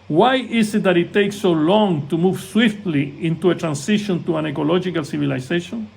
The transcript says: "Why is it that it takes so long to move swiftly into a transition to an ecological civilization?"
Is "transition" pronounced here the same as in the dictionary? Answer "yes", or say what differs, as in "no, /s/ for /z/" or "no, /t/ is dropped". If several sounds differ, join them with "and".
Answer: no, /s/ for /z/